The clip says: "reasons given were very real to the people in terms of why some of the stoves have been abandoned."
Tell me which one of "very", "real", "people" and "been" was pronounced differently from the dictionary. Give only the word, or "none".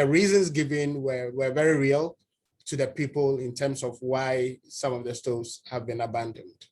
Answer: none